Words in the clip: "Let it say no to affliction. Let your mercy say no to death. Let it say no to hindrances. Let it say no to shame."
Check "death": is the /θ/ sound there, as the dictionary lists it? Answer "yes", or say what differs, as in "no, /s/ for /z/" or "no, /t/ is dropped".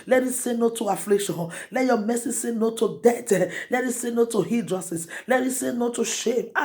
no, /t/ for /θ/